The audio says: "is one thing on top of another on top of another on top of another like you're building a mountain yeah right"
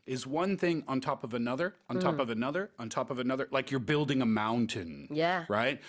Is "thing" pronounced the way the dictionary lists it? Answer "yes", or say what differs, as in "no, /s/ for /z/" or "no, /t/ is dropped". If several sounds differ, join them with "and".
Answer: yes